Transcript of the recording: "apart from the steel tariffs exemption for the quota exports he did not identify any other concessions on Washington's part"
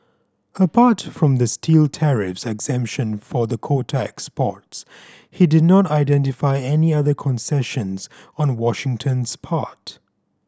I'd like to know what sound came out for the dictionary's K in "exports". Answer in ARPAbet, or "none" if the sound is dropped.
K